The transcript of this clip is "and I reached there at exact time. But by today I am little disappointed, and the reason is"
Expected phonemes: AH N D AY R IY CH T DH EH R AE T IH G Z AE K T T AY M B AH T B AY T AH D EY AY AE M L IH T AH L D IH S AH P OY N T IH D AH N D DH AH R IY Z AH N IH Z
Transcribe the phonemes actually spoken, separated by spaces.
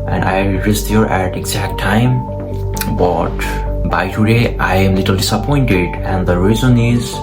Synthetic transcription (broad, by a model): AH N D AY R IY S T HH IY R AE T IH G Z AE K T T AY M B AH T B AY T AH D EY AY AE M L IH T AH L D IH S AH P OY N T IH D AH N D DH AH R IY Z AH N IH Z